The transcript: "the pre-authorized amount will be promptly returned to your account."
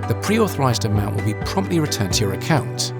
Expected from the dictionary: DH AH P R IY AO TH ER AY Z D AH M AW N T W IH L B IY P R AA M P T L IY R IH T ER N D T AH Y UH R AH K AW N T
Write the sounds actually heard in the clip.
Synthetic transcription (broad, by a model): DH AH P R IY AO TH ER AY Z D AH M AW N T W IH L B IY P R AA M P T L IY R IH T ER N T AH Y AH R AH K AW N T